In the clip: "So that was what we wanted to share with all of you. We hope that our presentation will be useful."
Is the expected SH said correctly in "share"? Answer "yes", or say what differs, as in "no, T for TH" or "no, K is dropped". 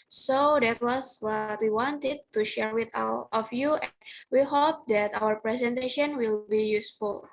yes